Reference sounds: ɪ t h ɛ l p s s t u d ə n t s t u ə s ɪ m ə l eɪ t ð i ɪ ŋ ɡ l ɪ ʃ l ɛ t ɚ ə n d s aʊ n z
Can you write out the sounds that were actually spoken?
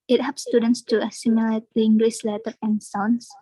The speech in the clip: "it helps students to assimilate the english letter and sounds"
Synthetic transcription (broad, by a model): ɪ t h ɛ p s s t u d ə n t s t u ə s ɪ m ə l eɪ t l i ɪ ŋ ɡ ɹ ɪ s l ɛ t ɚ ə n s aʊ n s